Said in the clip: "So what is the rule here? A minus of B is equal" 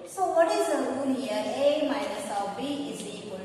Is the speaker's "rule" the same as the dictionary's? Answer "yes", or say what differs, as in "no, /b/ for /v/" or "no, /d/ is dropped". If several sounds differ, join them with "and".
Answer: no, /n/ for /l/